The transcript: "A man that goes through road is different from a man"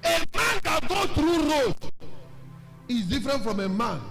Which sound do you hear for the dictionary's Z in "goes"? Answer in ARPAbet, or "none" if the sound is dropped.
none